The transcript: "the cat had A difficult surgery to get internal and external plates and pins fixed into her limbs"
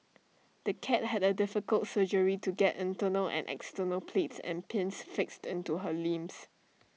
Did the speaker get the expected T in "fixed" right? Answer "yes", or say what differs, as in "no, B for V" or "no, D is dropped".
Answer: yes